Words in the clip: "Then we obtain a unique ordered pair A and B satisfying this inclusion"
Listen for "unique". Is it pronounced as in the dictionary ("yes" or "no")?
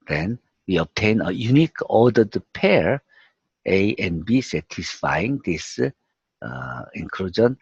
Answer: yes